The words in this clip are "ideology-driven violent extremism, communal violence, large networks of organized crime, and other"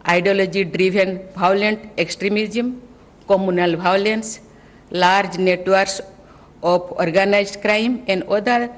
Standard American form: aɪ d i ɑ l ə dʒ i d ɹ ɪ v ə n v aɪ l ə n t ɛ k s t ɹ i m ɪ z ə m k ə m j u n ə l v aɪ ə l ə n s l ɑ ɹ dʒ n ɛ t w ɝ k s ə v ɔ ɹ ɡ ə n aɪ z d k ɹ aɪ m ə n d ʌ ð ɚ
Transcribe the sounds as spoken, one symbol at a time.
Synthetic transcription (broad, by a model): aɪ d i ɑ l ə dʒ i d ɹ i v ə n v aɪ l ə n t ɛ k s t ɹ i m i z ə m k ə m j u n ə l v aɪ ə l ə n s l ɑ ɹ dʒ n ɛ t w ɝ k s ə p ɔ ɹ ɡ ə n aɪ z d k ɹ aɪ m ə n d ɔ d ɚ